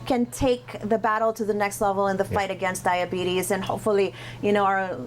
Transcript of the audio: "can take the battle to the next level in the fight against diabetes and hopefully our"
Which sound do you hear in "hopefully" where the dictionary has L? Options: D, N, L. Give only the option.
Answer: N